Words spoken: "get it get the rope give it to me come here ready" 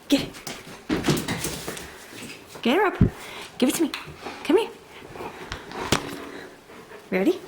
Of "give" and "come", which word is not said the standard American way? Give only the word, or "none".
none